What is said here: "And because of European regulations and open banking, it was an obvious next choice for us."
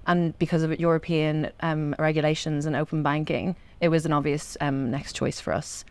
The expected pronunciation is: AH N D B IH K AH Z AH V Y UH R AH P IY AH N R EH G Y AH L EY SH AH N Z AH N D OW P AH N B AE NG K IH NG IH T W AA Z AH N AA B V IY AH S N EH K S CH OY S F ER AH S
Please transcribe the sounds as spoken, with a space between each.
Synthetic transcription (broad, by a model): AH N B IH K AH Z AH V Y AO R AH P IY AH N R EH G Y AH L EY SH AH N Z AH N OW P AH N B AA NG K IH NG IH T W AA Z AH N AA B V IY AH S N EH K S CH OY S F ER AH S